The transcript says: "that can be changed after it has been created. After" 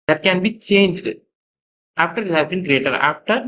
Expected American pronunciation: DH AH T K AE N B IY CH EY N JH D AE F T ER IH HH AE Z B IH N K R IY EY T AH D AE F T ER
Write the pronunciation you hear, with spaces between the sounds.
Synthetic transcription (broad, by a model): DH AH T K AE N B IY CH EY N JH D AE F T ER IH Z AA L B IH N K R IY EY T AH D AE F T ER